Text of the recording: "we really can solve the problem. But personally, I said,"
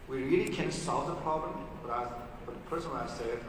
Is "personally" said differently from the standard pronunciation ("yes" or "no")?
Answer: yes